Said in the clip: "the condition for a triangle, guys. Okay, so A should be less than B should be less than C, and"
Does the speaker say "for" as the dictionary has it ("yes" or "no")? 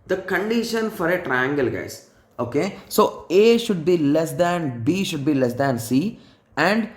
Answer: yes